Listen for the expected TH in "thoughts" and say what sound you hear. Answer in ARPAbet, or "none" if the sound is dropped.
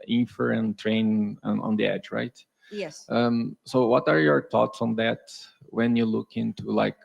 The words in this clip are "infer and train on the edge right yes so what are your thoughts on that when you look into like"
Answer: T